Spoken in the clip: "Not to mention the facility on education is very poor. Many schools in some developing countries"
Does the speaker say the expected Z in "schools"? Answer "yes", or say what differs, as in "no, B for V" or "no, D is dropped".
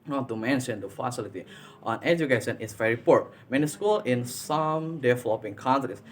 no, Z is dropped